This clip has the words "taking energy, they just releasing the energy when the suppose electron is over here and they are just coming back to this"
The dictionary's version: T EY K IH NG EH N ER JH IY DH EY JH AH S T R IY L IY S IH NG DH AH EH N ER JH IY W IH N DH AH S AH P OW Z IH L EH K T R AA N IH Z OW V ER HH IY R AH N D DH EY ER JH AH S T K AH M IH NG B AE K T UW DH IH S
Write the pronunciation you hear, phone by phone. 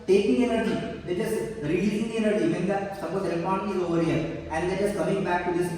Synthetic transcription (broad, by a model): T EY K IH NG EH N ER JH IY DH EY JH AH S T R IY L IY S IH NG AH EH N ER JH IY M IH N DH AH S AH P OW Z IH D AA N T AA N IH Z OW V ER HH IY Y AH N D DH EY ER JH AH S K AH M IH NG B AE K T UW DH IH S